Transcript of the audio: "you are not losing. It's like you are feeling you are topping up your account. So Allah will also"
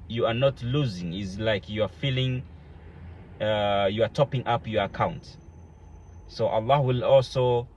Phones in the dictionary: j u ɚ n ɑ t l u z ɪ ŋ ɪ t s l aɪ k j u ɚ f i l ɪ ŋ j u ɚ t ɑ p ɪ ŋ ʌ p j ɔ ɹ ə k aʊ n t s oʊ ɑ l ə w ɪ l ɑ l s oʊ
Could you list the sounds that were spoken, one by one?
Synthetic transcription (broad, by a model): j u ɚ n ɑ t l u z ɪ ŋ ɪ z l aɪ k j u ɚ f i l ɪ ŋ j u ɚ t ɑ p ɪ ŋ ʌ p j ɔ ɹ ə k aʊ n t s oʊ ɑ l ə w ɪ l ɑ l s oʊ